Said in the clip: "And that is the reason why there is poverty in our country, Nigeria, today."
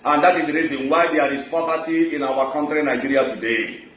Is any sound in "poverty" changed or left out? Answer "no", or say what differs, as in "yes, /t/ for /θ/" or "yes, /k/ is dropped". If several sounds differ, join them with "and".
yes, /p/ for /v/